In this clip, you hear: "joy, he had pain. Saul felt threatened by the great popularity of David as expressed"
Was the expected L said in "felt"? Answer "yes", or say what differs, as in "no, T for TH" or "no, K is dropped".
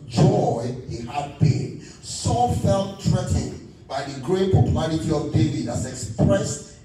yes